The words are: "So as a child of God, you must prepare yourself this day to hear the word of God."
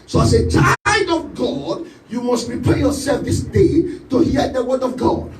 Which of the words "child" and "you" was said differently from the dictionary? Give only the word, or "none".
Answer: child